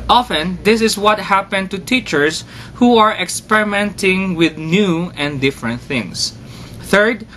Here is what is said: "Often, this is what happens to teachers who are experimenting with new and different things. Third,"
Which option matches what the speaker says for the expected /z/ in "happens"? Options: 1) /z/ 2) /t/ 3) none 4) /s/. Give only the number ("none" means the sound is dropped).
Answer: 3